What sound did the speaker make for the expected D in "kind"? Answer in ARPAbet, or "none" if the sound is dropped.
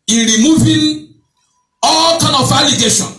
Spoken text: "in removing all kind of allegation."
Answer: none